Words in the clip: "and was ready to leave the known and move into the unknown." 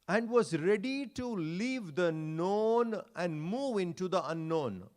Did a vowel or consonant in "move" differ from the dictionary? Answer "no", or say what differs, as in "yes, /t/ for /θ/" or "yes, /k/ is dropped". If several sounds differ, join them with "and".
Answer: no